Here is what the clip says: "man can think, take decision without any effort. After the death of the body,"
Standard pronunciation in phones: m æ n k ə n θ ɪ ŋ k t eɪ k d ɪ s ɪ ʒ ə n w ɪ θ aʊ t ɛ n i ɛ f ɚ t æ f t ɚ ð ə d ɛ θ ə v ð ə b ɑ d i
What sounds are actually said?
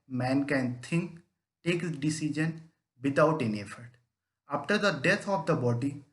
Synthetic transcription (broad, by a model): m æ n k ə n t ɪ ŋ k t eɪ k d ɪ s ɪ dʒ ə n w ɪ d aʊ t ɛ n i ɛ f ɚ t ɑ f t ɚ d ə d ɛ t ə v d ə b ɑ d i